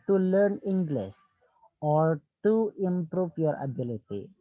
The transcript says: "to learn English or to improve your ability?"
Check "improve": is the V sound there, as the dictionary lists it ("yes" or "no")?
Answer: no